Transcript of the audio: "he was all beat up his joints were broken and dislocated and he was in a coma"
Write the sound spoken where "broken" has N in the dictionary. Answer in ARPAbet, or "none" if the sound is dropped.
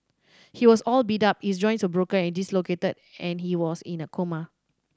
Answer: none